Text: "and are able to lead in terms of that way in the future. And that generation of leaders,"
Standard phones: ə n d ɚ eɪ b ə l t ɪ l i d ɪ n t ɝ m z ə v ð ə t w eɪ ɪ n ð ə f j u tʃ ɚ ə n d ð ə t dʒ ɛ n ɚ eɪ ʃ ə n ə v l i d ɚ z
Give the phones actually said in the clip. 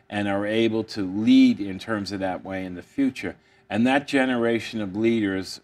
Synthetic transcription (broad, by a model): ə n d ɚ eɪ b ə l t ɪ l i d ɪ n t ɝ m z ə v ð ə t w eɪ ɪ n ð ə f j u tʃ ɚ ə n ð ə t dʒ ɛ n ɚ eɪ ʃ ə n ə v l i d ɚ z